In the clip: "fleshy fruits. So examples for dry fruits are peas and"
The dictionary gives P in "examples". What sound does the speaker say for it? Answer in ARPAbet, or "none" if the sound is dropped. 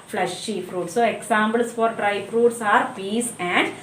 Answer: B